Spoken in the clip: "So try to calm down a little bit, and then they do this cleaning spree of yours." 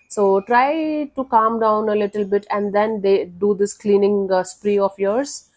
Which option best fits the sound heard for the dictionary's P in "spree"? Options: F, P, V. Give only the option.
P